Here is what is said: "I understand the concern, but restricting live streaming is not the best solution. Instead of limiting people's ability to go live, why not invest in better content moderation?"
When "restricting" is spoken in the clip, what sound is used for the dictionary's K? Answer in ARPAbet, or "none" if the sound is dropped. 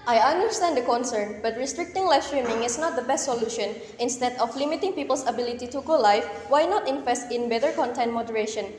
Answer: K